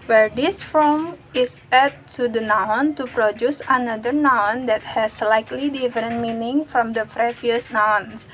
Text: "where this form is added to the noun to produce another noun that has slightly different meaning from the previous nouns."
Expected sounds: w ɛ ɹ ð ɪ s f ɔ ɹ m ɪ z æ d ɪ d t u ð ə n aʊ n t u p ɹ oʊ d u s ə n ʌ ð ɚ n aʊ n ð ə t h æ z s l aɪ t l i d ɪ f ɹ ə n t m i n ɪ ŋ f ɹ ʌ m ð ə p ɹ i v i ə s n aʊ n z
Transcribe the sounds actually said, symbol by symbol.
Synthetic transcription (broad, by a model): w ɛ ɹ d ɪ s f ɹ ɪ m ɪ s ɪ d t u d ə n aʊ n t u p ɹ oʊ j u s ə n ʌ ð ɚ n aʊ n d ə t h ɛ s l aɪ t l i d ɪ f ɹ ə n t m i n ɪ ŋ f ɹ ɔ m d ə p ɹ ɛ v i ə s n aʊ n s